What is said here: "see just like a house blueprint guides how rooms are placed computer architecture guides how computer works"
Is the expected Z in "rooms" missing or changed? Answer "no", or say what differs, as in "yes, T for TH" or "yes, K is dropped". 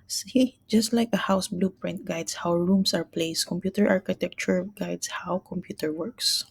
yes, S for Z